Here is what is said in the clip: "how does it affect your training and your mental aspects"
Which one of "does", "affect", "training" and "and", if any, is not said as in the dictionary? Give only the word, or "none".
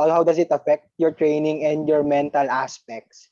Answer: does